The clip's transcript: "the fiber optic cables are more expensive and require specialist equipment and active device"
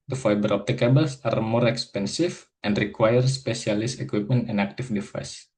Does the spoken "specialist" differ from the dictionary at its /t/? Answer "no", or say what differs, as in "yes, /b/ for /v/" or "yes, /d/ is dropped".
yes, /t/ is dropped